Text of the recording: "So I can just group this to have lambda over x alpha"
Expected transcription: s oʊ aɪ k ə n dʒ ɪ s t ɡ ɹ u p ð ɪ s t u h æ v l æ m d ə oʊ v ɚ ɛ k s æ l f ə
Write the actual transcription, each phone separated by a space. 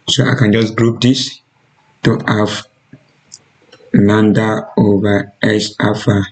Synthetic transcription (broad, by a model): s oʊ aɪ k ə n dʒ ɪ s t ɡ ɹ u p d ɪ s t u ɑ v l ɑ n d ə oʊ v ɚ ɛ s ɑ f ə